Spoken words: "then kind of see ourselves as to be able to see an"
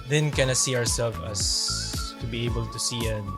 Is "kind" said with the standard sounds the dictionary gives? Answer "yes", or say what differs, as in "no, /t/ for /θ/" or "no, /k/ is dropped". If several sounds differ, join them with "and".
no, /d/ is dropped